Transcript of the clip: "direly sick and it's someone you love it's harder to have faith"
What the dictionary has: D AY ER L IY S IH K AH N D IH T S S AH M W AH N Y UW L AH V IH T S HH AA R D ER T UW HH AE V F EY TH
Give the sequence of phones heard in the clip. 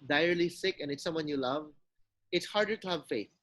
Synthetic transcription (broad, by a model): D AY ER L IY S IH K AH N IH T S S AH M W AH N Y UW L AH V IH T S HH AA R D ER T UW HH AE V F EY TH